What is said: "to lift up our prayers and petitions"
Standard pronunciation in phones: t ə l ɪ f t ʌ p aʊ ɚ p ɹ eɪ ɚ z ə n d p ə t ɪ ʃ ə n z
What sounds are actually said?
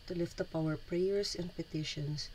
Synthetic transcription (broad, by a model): t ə l ɪ f t ʌ p aʊ ɚ p ɹ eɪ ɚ s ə n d p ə t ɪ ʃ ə n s